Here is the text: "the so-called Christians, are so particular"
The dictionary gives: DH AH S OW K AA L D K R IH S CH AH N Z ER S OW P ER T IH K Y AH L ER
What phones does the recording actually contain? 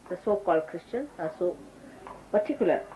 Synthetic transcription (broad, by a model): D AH S OW K AA L D K R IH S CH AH N ER S OW P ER T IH K Y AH L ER